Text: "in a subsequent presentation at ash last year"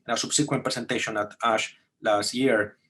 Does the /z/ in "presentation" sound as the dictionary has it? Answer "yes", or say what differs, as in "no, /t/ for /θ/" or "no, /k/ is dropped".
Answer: no, /s/ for /z/